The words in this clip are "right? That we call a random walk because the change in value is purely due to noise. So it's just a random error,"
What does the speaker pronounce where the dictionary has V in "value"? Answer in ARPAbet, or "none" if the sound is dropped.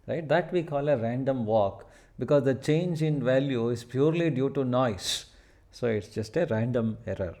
V